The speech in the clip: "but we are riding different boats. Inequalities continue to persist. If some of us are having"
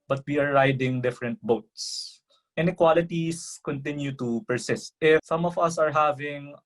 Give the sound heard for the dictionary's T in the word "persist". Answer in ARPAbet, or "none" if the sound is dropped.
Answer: T